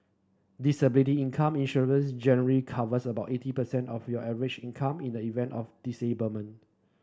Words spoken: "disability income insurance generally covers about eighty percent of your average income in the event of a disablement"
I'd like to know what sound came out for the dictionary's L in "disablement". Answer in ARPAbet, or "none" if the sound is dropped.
none